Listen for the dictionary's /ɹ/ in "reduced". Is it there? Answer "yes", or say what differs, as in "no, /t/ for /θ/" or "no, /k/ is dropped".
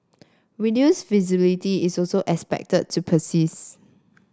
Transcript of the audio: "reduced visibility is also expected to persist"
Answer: no, /w/ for /ɹ/